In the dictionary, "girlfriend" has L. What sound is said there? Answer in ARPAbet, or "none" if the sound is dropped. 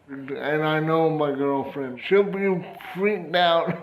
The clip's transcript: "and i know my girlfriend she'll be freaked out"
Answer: L